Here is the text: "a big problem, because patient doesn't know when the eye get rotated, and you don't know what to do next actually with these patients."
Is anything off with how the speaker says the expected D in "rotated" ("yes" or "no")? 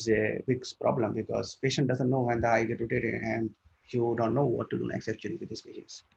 yes